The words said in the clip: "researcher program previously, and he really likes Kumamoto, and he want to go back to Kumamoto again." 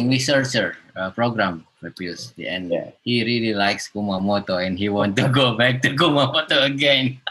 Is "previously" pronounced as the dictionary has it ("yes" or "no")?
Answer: no